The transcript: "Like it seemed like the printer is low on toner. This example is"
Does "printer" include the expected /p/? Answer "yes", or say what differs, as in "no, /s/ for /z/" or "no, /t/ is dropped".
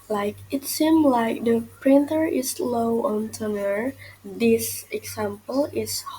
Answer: yes